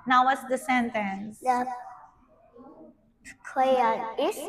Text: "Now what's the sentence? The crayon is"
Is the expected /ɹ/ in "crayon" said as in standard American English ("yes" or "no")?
no